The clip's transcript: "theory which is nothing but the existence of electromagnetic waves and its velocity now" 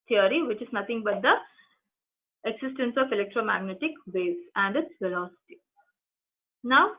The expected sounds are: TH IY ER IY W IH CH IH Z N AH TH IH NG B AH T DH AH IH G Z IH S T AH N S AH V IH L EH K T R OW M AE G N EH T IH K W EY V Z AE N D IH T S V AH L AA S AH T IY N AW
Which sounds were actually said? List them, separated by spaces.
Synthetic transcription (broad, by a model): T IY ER IY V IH CH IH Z N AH T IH NG B AH T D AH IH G S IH S T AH N S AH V IH L EH K T R OW M AE G N EH T IH K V EY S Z AE N D IH T S V AH L AA S AH T IY N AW